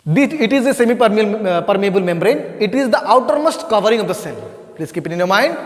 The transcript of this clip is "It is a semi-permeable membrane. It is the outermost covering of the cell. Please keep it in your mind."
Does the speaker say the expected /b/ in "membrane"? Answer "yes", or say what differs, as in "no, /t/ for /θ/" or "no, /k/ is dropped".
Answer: yes